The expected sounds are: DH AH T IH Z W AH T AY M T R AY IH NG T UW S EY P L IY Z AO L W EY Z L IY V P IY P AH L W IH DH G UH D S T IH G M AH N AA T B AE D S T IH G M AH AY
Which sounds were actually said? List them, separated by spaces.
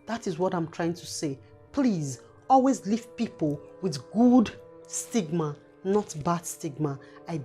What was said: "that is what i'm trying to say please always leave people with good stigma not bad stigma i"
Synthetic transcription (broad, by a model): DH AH T IH Z W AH T AY M T R AY IH NG T UW S EY P L IY Z AO L W EY Z L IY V P IY P AH L W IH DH G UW D S T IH G M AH N AA T B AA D S T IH G M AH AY